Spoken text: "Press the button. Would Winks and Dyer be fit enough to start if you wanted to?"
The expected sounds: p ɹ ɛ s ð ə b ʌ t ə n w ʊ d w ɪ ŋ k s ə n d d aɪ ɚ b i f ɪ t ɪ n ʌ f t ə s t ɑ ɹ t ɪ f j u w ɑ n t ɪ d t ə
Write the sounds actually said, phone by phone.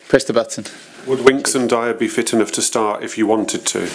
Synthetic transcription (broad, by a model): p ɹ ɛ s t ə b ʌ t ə n w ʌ d w ɪ ŋ k s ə n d d aɪ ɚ b i f ɪ t ɪ n ʌ f t ə s t ɑ t ɪ f j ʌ w ɑ n t ɪ d t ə